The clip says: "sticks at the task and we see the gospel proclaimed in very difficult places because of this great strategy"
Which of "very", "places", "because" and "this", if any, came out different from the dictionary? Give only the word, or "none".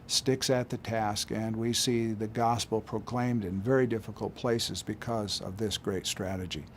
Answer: none